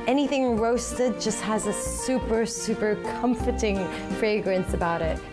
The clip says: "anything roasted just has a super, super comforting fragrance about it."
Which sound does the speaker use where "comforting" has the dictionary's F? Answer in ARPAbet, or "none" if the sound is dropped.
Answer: F